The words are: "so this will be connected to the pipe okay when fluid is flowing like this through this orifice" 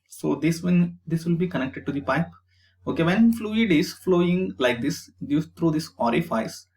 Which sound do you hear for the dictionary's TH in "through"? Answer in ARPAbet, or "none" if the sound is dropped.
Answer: T